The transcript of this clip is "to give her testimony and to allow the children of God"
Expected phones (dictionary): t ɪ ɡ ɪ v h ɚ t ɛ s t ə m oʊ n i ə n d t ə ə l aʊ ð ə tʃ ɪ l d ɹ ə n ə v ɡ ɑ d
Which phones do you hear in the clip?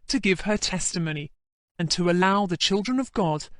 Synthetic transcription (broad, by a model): t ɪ ɡ ɪ v ɚ t ɛ s t ə m oʊ n i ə n t ə ə l aʊ ð ə tʃ ɪ l d ɹ ə n ə v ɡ ɑ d